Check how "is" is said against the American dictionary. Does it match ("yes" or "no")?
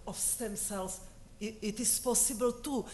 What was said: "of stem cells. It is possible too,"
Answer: no